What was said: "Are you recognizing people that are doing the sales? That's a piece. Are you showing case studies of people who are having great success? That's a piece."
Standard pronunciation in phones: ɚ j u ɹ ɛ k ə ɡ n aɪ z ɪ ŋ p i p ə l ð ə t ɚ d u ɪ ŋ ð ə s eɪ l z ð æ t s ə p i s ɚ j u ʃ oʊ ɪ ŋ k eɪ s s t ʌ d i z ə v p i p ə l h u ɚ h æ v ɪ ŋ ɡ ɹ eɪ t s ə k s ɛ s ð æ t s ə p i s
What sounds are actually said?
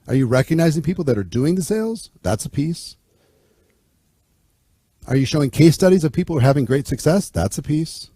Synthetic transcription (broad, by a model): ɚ j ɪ ɹ ɛ k ə ɡ n aɪ z ɪ ŋ p i p l ð ə t ɚ d u ɪ ŋ ð ə s eɪ l z ð æ t s ə p i s ɚ j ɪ ʃ oʊ ɪ ŋ k eɪ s s t ʌ d i z ə v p i p l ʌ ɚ h æ v ɪ ŋ ɡ ɹ eɪ t s ə k s ɛ s ð æ t s ə p i s